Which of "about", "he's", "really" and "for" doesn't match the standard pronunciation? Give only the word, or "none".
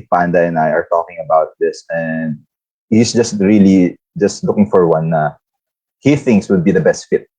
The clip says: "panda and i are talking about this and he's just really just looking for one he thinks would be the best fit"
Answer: he's